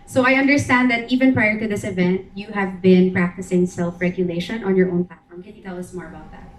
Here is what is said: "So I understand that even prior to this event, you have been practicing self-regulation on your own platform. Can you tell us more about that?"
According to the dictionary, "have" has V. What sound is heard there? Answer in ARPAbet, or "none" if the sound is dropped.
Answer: V